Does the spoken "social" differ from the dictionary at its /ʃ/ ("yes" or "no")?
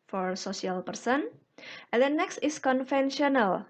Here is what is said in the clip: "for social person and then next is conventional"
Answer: yes